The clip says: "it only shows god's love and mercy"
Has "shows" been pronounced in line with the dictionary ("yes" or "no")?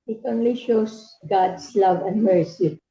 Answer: no